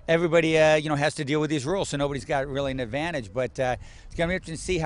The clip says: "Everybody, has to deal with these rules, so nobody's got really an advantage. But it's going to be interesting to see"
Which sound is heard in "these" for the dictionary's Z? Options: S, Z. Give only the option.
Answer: Z